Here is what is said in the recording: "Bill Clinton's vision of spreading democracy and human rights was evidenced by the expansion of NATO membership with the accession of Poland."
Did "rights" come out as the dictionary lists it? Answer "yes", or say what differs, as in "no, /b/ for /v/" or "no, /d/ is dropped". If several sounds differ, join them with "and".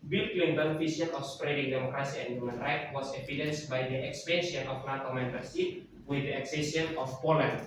no, /s/ is dropped